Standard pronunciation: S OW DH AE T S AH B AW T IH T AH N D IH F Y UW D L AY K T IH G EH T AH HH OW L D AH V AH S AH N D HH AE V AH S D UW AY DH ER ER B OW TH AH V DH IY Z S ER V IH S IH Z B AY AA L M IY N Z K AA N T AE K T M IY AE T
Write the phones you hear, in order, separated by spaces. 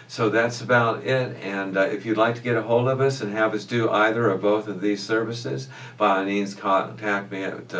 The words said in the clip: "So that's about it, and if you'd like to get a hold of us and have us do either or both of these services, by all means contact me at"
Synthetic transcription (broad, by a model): S OW DH AE T S AH B AW T IH T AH N IH F Y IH D L AY K T IH G EH T AH HH OW L D AH V AH S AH N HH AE V AH S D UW AY DH ER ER B OW TH AH V DH IY Z S ER V IH S IH Z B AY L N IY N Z K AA T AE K M IY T